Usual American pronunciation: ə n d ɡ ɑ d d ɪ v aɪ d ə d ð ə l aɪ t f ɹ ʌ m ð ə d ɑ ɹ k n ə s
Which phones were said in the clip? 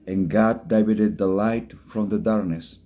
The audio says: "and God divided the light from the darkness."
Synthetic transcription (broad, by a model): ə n ɡ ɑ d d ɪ b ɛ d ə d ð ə l aɪ t f ɹ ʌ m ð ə d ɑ ɹ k n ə s